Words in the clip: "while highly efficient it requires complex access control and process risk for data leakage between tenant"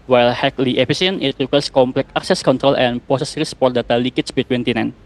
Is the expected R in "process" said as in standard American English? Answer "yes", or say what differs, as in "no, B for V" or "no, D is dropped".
no, R is dropped